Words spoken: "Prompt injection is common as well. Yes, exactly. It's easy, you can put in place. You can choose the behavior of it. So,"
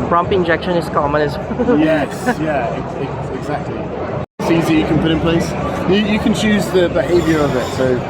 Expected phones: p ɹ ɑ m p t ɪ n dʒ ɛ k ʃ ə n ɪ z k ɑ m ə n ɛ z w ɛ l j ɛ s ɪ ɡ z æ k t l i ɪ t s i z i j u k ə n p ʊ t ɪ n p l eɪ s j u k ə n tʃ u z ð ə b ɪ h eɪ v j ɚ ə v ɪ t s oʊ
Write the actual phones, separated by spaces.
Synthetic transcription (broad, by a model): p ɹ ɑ m p ɪ n dʒ ɛ k ʃ ə n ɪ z k ɑ m ə n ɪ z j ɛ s j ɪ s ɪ ɡ z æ k t l i ɪ t s i z i j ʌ k ə n p ʊ t ɪ n p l eɪ s j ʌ k ə n tʃ u z ð ə b ɪ h eɪ v j ɚ ə v ɪ t s oʊ